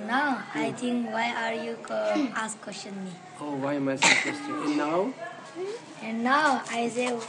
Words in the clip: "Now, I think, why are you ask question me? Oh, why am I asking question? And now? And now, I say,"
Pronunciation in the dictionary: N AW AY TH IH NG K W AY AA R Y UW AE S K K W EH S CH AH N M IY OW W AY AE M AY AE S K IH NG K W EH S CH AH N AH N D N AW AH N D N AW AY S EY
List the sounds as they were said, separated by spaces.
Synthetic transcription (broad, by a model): N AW AY T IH NG K W AY AA R Y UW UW S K K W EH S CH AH N M IY OW W AY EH M AY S IH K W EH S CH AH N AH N N AW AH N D N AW AY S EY